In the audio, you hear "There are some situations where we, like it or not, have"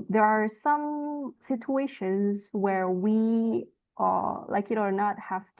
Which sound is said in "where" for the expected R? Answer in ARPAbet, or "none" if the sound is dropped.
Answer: R